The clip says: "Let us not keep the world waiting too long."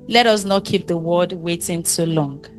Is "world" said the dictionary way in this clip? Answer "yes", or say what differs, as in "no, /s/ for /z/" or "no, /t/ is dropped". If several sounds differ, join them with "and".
no, /l/ is dropped